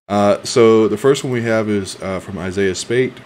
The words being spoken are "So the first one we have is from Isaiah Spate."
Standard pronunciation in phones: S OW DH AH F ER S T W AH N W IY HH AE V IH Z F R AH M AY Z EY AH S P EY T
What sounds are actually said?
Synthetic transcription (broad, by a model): S OW DH AH F ER S T W AH N W IY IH V IH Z F R AH M AY Z EY AH S P EY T